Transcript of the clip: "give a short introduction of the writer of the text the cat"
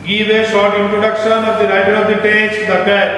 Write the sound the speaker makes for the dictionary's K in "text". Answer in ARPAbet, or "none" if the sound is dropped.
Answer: none